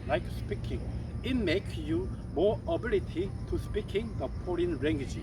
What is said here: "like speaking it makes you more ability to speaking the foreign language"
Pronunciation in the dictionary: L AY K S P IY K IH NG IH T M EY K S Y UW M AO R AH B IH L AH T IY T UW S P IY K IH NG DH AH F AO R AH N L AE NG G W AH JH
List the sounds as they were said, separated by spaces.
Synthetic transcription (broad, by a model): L AY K S P IY K IH NG IH T M EY K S Y UW M AO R AH B IH L AH T IY T UW S P IY K IH NG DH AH P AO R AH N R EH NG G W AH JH